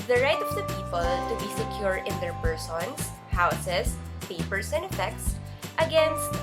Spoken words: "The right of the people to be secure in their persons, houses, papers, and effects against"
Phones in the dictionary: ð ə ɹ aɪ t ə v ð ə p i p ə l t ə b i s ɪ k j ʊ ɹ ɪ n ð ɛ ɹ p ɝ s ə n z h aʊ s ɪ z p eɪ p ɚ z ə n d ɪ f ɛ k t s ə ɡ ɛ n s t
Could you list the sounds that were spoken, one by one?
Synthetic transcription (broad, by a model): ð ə ɹ aɪ t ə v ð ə p i p ə l t ə b i s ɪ k j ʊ ɹ ɪ n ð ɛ ɹ p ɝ s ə n s h aʊ s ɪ s p eɪ p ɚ s ə n d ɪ f ɛ k t s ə ɡ ɛ n s t